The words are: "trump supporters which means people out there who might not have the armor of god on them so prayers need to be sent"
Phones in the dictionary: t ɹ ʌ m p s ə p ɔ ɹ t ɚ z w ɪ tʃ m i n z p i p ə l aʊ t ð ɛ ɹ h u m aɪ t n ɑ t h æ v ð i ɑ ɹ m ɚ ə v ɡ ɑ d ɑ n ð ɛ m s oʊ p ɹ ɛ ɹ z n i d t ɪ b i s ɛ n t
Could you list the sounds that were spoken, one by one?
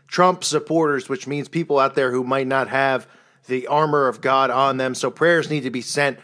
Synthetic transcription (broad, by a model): t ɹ ʌ m p s ə p ɔ ɹ t ɚ z w ɪ tʃ m i n z p i p l aʊ t ð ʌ ɹ h u m aɪ t n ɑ t h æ v ð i ɑ ɹ m ɚ ə v ɡ ɑ d n ð ɛ m s oʊ p ɹ ɛ ɹ z n i d t ɪ b i s ɛ n t